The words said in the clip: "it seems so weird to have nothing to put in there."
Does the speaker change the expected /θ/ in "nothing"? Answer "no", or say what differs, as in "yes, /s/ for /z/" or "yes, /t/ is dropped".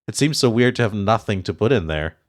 no